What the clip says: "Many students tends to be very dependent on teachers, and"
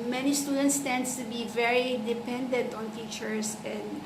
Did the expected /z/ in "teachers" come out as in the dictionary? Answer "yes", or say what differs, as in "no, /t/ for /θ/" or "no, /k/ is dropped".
no, /s/ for /z/